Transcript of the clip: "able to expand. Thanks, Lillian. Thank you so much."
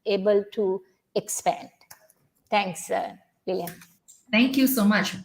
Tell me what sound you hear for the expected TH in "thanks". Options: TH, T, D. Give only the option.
T